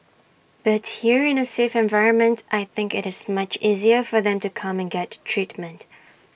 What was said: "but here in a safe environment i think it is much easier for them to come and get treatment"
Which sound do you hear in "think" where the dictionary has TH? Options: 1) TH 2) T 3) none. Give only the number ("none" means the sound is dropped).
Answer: 1